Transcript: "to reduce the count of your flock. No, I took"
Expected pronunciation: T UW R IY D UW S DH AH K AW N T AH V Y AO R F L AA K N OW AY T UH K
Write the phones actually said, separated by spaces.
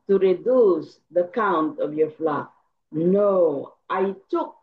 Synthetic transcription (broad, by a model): T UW R IY D UW S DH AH K AW N T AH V Y AO R F L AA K N OW AY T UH K